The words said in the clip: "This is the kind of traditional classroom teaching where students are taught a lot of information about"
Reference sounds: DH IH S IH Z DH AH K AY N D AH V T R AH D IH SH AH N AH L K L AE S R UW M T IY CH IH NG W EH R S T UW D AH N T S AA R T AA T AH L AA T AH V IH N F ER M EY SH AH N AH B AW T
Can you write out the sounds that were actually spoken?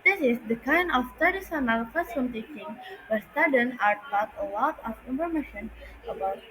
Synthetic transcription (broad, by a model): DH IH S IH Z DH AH K AY N D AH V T AH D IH S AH N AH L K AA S UW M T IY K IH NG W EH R S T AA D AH N AA R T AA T AH L AA T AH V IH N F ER M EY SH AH N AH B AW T